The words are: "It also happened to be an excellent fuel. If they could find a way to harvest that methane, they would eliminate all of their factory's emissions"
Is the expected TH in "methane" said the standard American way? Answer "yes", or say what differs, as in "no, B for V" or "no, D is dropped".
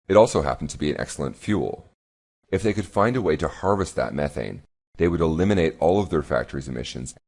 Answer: yes